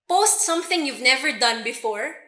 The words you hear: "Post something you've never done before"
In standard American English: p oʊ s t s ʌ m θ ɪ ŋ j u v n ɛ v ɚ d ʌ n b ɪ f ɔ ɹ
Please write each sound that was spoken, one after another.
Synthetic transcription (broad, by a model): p oʊ s t s ʌ m θ ɪ ŋ j u v n ɛ v ɚ d ʌ n b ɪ f ɔ ɹ